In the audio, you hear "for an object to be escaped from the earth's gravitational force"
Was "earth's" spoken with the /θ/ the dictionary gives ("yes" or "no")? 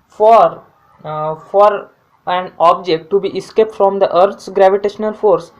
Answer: no